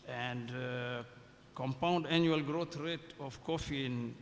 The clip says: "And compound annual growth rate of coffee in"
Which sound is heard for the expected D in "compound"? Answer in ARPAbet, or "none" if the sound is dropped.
D